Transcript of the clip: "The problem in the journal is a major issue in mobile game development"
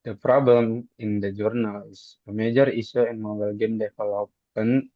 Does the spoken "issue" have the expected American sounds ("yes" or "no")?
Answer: no